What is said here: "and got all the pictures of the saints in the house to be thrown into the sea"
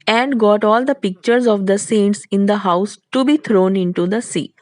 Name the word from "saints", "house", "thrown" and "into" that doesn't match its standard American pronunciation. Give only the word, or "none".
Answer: thrown